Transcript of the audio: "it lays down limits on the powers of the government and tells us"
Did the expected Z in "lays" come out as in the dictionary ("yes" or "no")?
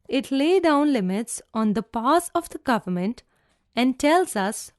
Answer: no